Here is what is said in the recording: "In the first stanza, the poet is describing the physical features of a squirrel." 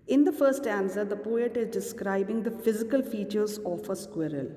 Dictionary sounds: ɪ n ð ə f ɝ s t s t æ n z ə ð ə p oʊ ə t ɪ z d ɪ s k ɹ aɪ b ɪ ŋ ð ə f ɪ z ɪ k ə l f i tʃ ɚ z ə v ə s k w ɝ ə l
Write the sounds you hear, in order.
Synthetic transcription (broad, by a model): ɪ n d ə f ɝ t s t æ n s ə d ə p oʊ ə t ɪ z d ɪ s k ɹ aɪ b ɪ ŋ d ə f ɪ z ɪ k ə l f i tʃ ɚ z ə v ə s k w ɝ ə l